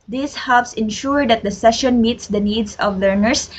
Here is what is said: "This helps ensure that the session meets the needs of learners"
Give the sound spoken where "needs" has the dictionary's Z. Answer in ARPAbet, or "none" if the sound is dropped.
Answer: S